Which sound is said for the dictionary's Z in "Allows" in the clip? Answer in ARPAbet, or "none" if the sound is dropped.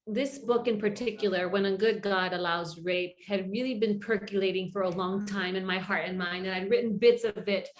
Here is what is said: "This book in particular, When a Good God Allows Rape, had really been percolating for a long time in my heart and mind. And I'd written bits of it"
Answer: Z